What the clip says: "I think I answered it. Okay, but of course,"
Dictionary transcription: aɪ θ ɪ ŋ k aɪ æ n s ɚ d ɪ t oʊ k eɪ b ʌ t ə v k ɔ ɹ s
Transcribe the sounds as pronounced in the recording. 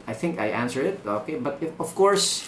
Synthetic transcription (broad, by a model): aɪ θ ɪ ŋ k aɪ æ n s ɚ ɪ t oʊ k eɪ b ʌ t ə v k ɔ ɹ s